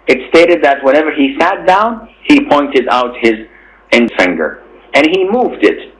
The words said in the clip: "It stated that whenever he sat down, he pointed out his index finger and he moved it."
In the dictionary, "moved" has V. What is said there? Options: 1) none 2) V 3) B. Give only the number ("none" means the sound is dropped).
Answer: 2